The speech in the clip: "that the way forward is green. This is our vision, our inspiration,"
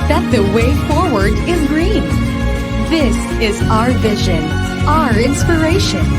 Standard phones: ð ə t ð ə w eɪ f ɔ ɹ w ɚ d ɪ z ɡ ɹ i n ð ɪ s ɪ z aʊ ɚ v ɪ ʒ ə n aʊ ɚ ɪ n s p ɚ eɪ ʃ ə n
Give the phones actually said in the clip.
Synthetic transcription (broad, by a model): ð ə t ð ə w eɪ f ɔ ɹ w ɚ d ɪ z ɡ ɹ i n ð ɪ s ɪ z aʊ ɚ v ɪ ʒ ə n aʊ ɚ ɪ n s p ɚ eɪ ʃ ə n